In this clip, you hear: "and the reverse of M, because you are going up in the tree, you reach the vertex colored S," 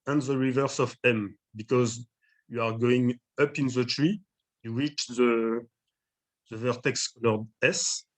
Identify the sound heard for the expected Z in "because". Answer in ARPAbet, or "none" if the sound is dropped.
Z